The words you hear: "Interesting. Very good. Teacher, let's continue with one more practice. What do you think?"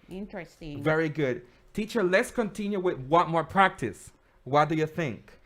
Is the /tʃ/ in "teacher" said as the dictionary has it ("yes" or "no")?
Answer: yes